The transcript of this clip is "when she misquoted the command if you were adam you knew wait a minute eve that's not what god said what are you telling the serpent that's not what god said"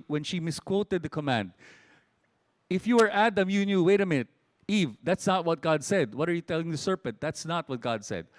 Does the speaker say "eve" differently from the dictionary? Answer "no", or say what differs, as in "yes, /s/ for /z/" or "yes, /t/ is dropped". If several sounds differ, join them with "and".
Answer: no